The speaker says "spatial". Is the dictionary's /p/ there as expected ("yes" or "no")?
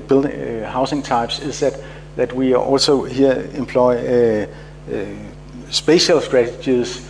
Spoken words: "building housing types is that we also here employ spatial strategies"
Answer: no